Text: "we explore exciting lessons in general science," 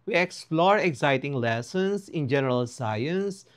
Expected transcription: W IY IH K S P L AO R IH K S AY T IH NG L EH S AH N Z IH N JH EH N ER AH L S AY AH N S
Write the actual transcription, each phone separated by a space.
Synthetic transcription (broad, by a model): W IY IH K S P L AO R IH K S AY T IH NG L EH S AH N S IH N JH EH N ER AH L S AY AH N S